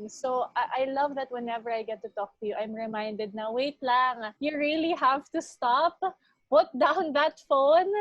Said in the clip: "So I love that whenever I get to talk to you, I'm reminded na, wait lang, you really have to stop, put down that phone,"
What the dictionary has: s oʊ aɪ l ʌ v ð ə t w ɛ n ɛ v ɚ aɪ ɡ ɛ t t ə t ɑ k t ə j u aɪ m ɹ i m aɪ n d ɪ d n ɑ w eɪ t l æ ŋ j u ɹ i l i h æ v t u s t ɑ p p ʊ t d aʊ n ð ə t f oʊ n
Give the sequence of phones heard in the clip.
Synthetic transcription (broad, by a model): s oʊ aɪ l ʌ v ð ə t w ɛ n ɛ v ɚ aɪ ɡ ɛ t t ə t ɑ k t ə j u aɪ m ɹ i m aɪ n d ɪ d n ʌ w eɪ t l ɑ ŋ j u ɹ i l i h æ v t u s t ɑ p b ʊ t d aʊ n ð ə t f oʊ n